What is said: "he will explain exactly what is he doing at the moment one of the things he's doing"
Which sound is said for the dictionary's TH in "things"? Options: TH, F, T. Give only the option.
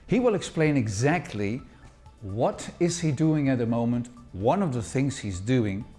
TH